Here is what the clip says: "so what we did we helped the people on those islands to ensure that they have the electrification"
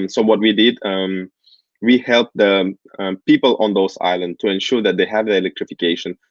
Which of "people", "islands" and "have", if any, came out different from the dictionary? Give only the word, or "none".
islands